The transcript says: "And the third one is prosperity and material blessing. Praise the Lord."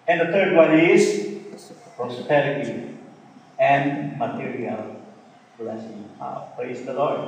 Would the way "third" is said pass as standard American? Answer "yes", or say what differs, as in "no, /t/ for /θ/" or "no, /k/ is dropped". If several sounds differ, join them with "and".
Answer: no, /t/ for /θ/